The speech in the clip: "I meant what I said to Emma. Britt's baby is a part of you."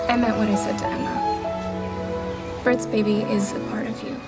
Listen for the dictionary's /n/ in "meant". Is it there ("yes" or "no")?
no